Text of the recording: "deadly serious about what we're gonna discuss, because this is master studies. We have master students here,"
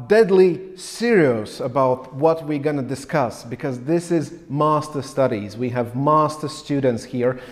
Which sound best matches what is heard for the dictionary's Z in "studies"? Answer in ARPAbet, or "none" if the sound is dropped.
Z